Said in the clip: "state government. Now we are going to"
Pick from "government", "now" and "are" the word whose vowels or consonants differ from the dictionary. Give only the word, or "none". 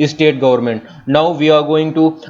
none